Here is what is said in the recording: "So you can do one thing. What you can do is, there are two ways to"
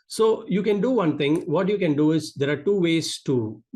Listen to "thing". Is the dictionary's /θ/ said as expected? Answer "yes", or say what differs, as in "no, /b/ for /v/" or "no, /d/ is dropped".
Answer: no, /t/ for /θ/